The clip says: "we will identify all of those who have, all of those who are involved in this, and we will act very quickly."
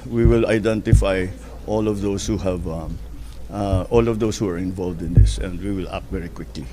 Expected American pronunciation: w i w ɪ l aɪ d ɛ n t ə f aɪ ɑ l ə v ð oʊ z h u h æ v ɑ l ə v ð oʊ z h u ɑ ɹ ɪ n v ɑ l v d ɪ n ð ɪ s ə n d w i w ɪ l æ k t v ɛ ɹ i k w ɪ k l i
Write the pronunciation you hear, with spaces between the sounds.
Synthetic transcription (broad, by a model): w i w ɪ l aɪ d ɛ n t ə f aɪ ɑ l ə v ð oʊ s h u h æ v ɑ l ə v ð oʊ s h u ɑ ɹ ɪ n v ɑ l v d ɪ n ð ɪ s ə n d w i w ɪ l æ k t v ɛ ɹ i k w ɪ k l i